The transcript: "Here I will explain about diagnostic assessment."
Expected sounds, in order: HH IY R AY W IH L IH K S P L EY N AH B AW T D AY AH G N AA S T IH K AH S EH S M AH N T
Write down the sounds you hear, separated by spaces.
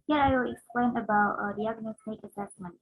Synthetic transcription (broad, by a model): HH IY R AY W IH L IH K S P L EY N AH B AW T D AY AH G N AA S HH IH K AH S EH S M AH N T